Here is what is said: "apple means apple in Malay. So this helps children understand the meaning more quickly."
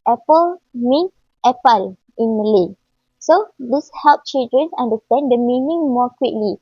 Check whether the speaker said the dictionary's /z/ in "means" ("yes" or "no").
no